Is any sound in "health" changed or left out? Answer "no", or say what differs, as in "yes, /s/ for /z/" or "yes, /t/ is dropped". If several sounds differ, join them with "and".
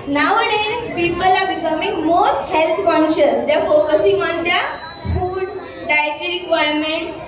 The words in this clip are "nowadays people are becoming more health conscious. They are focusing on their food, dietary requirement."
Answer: yes, /t/ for /θ/